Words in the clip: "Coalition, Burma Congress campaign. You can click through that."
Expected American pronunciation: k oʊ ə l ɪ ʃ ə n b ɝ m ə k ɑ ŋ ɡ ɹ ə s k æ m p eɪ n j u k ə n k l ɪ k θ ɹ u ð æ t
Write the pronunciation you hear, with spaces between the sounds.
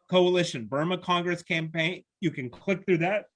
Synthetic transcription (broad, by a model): k oʊ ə l ɪ ʃ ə n b ɝ m ə k ɑ ŋ ɡ ɹ ə s k æ m p eɪ n j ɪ k ə n k l ɪ k θ ɹ u ð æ t